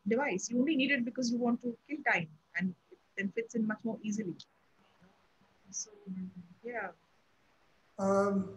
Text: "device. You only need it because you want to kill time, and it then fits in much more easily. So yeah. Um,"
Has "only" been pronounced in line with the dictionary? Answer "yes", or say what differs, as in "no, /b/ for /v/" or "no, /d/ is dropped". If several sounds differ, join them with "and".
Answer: yes